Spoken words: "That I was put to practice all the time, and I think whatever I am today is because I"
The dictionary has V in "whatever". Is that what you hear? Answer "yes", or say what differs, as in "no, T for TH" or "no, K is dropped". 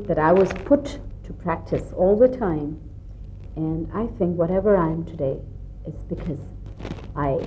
yes